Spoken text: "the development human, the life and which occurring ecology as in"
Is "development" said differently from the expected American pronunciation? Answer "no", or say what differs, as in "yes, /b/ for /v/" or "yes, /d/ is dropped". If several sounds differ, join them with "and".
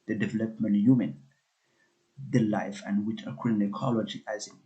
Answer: no